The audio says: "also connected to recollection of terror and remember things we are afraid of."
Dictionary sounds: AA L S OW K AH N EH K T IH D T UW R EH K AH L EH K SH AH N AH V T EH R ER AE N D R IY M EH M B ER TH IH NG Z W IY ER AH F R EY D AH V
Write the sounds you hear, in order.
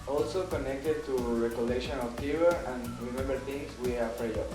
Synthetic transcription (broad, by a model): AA L S OW K AH N EH K T IH D T UW R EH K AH L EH SH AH N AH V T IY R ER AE N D R IY M EH M B ER T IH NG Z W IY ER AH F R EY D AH